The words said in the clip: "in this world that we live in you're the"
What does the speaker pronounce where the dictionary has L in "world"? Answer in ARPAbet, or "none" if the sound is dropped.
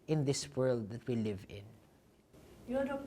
L